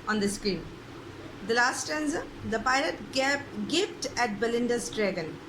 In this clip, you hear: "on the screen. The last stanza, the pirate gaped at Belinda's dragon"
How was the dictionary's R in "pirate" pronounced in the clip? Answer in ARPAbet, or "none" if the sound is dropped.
L